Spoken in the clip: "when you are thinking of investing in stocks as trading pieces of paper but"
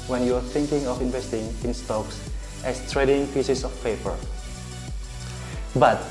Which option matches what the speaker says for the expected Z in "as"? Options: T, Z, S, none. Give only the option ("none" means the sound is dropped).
S